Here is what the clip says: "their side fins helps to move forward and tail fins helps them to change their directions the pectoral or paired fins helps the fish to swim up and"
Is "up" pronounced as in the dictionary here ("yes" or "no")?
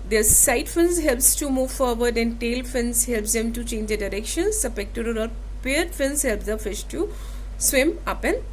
yes